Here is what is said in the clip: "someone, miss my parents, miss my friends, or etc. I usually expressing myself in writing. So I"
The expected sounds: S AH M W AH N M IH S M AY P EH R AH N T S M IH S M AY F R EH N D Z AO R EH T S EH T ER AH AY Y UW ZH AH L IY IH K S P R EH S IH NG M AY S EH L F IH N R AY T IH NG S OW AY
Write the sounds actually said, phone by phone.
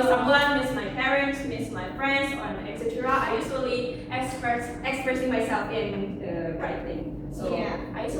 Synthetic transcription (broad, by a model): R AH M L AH M IH S M AY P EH R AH N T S M IH S M AY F R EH N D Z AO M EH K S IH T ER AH AY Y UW S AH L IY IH K S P R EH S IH NG M AY S EH L F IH N R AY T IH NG S OW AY